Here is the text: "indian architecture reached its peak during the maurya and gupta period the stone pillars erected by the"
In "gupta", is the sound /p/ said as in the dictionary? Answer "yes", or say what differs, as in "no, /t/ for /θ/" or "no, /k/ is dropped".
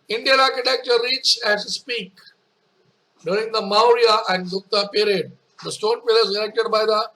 no, /p/ is dropped